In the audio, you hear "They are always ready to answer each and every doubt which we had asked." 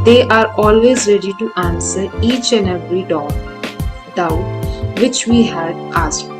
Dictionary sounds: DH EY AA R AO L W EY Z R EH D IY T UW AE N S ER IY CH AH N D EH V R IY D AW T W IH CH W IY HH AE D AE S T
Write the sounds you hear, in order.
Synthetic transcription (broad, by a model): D EY AA R AO L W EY Z R EH D IY T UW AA N S ER IY CH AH N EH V R IY D AW T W IH CH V IY HH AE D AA S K